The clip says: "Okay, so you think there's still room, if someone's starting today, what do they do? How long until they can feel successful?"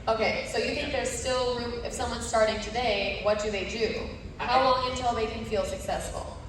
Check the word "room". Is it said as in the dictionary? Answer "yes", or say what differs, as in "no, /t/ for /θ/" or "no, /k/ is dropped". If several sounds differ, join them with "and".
no, /m/ is dropped